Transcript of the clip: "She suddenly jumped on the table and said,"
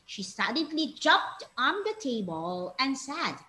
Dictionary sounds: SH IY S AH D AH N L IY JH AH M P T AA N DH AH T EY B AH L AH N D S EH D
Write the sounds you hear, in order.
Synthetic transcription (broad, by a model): SH IY S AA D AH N L IY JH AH P T AA N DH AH T EY B AH L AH N S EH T